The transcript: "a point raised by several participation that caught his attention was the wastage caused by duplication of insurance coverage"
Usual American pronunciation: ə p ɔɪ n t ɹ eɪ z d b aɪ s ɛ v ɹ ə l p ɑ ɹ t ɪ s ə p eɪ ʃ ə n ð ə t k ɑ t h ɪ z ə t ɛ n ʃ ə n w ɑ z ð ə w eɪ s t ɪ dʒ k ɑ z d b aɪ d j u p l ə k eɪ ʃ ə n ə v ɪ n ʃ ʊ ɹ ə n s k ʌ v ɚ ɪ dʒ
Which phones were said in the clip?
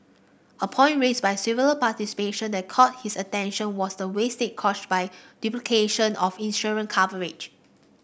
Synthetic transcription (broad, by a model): ə p ɔɪ n t ɹ eɪ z b aɪ s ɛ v ə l p ɑ t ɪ s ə p eɪ ʃ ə n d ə t k ɑ t h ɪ s ə t ɛ n ʃ ə n w ɑ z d ə w eɪ s t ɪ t k ɑ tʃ b aɪ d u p l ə k eɪ ʃ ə n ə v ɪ n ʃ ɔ ɹ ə n k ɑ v ɚ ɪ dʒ